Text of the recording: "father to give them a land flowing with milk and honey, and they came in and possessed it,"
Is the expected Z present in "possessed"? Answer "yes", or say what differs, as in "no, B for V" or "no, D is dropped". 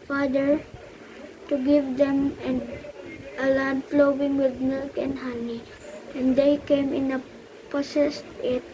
no, S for Z